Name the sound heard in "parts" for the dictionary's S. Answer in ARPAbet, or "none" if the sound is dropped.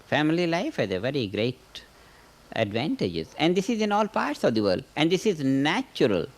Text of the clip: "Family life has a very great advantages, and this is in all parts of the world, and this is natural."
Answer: S